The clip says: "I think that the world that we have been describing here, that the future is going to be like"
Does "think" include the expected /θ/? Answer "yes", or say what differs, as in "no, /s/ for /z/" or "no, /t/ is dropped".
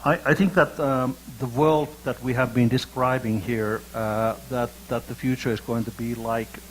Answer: yes